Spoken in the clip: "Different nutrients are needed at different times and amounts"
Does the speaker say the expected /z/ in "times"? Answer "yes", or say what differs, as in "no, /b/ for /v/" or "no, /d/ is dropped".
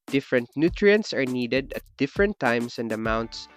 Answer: no, /s/ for /z/